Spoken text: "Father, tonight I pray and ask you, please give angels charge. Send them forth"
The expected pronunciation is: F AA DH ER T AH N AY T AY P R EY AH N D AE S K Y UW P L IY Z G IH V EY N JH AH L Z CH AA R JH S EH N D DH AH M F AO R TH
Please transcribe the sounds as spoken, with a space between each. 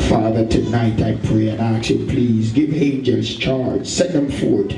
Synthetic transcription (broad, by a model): F AA DH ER T AH N AY T AY P R EY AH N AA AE K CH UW P L IY Z G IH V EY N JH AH Z CH AA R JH S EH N DH AH M F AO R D